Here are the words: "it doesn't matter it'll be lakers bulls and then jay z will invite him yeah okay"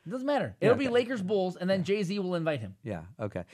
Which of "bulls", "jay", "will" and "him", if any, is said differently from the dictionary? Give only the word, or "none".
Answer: none